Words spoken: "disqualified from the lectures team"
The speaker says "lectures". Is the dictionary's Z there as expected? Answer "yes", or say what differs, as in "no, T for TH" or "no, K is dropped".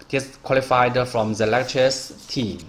no, S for Z